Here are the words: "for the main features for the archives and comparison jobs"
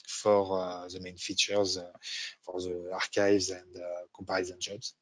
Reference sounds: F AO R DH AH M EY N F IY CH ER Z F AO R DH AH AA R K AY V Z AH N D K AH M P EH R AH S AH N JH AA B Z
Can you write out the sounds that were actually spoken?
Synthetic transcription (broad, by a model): F AO R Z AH M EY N F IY CH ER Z F AO R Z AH AA R K AY V Z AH N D K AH P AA R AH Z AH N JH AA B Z